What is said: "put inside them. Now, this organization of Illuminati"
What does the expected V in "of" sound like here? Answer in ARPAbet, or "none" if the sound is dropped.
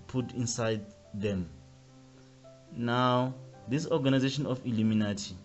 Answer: F